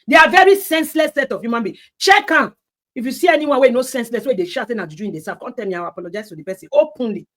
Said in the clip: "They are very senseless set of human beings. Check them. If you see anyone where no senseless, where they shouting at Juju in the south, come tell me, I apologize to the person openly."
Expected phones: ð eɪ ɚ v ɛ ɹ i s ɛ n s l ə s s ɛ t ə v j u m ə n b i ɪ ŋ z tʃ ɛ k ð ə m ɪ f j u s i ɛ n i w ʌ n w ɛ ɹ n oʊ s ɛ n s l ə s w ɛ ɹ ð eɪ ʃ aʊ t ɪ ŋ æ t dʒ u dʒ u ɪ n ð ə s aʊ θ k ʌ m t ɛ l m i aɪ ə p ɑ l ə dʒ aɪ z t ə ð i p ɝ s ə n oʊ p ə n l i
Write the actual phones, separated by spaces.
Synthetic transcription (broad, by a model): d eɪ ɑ v ɛ ɹ i s ɛ n s l ə s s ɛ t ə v j u m ə n b i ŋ tʃ ɛ k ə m ɪ f j u s i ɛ n i w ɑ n w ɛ n oʊ s ɛ n s l ə s w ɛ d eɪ ʃ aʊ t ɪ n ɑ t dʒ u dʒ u ɪ n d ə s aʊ f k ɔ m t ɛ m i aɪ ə p ɑ l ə dʒ aɪ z t ə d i p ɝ s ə n oʊ p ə n l i